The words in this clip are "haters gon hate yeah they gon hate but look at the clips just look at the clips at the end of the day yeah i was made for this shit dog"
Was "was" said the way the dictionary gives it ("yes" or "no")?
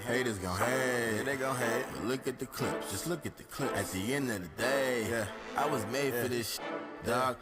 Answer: yes